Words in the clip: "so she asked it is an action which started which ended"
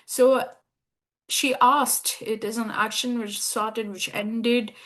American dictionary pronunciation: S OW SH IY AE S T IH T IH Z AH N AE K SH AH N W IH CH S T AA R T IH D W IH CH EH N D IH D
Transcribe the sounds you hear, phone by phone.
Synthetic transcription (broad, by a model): S OW SH IY AE S T IH T IH Z AH N AE K SH AH N W IH CH S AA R T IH D W IH CH EH N D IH D